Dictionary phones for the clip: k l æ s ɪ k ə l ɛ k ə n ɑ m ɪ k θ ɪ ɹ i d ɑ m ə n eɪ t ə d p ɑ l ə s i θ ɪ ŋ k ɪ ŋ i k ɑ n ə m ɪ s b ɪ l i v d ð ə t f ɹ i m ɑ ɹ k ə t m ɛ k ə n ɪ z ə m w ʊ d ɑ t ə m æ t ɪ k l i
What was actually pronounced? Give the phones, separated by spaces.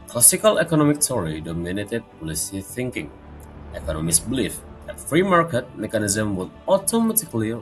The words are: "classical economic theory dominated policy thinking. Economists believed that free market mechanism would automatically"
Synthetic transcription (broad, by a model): k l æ s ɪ k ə l ɛ k ə n ɑ m ɪ k t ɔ ɹ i d ɑ m ə n eɪ t ə d p ɑ l ə s i θ ɪ ŋ k ɪ ŋ i k ɑ n ə m ɪ s b l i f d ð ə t f ɹ i m ɑ ɹ k ə t m ɛ k ə n ɪ z ə m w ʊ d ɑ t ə m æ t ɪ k l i